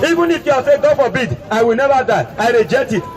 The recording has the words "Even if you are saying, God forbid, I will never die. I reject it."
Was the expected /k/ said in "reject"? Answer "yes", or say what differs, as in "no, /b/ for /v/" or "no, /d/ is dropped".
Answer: no, /k/ is dropped